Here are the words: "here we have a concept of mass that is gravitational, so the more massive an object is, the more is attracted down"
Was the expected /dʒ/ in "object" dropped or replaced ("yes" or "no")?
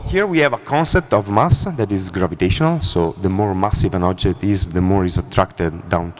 no